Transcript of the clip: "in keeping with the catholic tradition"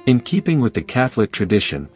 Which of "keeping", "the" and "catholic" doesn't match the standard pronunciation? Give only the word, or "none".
none